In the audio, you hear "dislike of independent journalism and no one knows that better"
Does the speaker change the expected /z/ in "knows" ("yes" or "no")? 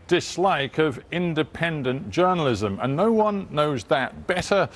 no